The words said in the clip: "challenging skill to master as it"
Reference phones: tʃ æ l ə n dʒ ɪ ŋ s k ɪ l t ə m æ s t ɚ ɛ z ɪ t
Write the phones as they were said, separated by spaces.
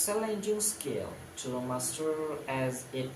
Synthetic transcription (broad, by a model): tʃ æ l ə n dʒ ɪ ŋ s k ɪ l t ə m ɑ s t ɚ ɛ z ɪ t